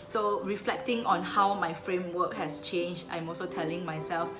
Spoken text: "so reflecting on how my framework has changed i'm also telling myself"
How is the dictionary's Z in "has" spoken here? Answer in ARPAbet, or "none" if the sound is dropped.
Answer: S